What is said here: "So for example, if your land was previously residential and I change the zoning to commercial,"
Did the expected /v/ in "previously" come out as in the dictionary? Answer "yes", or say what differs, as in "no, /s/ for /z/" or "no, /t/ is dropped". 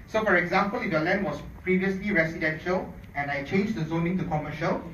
yes